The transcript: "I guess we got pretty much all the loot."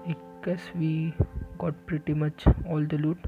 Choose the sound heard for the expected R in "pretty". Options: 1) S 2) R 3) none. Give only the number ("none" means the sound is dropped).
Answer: 2